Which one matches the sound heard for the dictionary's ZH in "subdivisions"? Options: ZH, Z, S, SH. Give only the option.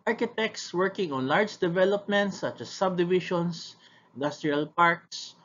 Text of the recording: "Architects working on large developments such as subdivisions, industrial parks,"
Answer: SH